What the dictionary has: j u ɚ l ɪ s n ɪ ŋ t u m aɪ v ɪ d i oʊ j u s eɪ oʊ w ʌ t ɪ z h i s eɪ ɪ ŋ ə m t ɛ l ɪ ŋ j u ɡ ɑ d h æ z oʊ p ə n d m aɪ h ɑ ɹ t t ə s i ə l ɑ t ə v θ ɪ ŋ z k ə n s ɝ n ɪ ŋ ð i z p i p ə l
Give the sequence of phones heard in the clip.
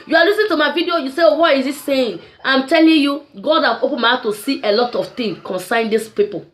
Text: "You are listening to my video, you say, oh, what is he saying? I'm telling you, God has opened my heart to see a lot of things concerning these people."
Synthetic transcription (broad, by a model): j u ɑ l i s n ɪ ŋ t u m aɪ v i d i oʊ j u s eɪ oʊ w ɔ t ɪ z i s eɪ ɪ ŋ ə m t ɛ l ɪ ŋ j u ɡ ɑ d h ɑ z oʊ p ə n m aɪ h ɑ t t ə s i ə l ɑ t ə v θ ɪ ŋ k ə n s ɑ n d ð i s p i p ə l